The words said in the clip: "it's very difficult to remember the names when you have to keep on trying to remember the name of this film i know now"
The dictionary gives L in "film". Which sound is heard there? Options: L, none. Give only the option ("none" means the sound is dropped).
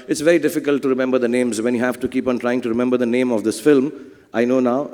L